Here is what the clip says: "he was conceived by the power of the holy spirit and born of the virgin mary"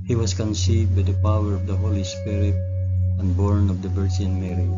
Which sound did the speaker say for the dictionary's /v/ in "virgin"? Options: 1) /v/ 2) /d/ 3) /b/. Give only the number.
3